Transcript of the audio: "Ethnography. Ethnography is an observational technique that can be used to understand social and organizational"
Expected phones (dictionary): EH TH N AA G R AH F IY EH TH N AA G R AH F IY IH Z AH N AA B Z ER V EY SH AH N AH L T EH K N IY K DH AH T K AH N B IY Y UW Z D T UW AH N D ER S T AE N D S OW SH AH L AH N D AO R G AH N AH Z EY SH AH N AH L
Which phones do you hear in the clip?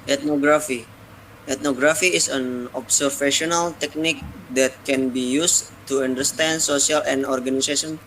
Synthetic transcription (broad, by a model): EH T N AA G R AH F IY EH T N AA G R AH F IY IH S AH N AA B S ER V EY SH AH N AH L T EH K N IY K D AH T K AH N B IY Y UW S T UW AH N D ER S T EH N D S OW S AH L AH N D AO R G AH N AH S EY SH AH N